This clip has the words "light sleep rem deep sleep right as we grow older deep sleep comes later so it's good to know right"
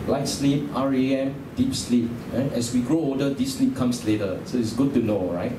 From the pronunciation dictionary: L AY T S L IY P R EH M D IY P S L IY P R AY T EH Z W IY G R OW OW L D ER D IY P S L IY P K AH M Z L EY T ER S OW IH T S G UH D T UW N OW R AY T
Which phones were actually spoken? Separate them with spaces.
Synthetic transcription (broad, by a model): L AY T S L IY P R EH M D IY P S L IY P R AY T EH S W IY G R OW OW D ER D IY S L IY P K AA M S L EY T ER S OW IH T S G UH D T UW N OW R AY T